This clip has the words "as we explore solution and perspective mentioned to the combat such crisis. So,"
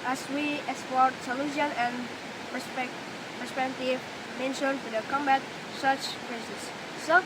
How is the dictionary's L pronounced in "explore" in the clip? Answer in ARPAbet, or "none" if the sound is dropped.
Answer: none